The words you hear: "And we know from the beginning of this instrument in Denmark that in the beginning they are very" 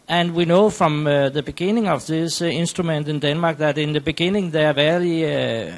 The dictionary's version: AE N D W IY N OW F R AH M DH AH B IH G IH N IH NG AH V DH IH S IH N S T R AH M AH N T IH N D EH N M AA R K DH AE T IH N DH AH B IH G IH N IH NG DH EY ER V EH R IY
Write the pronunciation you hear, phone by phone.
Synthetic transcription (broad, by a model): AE N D W IY N OW F R AH M DH AH B IH G IH N IH NG AH V DH IH S IH N S T R AH M AH N T IH N D EH N M AA R K DH AE T IH N DH AH B IH G IH N IH NG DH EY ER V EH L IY